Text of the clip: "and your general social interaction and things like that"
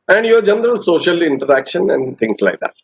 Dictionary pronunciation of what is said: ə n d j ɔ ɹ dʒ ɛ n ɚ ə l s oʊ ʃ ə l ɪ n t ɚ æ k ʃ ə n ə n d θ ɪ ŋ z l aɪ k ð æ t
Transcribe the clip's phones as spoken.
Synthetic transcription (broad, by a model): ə n d j ɔ ɹ dʒ ɛ n ɚ ə l s oʊ ʃ ə l ɪ n t ɚ æ k ʃ ə n ə n d t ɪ ŋ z l aɪ k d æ t